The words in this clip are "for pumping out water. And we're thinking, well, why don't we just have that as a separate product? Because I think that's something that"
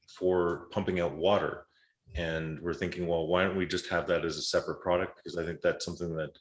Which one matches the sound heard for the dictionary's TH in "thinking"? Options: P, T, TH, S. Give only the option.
TH